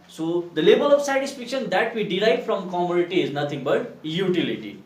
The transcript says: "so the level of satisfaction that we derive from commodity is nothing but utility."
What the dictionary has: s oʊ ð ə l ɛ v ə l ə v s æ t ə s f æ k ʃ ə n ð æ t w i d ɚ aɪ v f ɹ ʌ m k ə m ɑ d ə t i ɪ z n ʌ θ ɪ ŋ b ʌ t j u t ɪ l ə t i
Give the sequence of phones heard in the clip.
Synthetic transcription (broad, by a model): s oʊ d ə l ɛ b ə l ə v s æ t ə s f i k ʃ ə n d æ t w i d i aɪ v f ɹ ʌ m k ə m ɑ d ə t i ɪ z n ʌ t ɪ ŋ b ʌ t j u t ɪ l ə t i